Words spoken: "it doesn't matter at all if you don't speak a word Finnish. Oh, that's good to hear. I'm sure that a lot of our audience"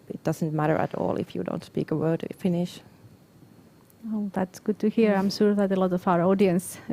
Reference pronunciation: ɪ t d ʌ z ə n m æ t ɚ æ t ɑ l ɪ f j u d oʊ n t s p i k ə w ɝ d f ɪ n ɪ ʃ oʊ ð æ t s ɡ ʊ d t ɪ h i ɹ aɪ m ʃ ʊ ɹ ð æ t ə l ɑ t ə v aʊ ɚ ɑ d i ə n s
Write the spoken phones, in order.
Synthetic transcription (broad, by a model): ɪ t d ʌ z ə n m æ t ɚ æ t ɑ l ɪ f j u d oʊ n t s p i k ə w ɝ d f ɪ n ɪ ʃ oʊ ð æ t s ɡ ʊ d t ɪ h i ɹ aɪ m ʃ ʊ ɹ ð æ t ə l ɑ t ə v aʊ ɚ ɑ d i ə n s